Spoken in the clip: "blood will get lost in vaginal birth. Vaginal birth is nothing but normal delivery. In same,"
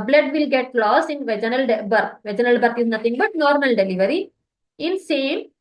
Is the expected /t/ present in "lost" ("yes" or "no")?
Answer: no